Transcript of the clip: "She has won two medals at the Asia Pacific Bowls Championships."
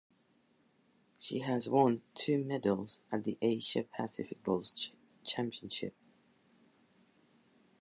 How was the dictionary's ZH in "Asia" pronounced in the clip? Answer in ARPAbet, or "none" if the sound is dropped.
SH